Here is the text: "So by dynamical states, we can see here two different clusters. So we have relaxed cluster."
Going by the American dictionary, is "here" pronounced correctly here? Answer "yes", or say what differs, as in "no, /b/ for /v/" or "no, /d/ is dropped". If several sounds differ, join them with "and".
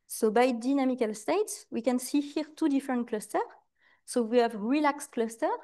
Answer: yes